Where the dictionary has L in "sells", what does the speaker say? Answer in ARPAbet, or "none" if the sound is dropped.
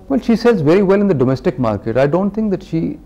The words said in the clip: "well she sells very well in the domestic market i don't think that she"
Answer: none